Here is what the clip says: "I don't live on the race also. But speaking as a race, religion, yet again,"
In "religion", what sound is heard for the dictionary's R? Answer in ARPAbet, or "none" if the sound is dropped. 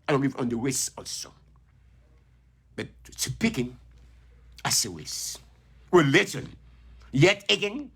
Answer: W